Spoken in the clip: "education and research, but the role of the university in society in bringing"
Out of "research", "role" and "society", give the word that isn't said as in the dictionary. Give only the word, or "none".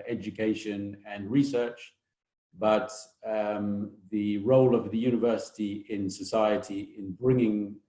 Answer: none